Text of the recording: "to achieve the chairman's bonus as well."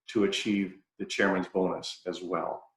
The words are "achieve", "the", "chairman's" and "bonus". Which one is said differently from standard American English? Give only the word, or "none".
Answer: none